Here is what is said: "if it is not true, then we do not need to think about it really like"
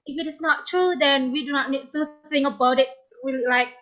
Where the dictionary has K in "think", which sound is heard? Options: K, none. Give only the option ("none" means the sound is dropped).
none